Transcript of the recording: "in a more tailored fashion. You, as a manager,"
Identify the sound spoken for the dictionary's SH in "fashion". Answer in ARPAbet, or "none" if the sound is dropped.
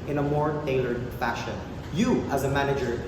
SH